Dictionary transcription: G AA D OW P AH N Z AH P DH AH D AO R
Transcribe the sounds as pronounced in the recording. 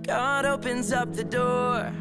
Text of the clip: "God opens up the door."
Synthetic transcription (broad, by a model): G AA D OW P AH N Z AH P DH AH D AO R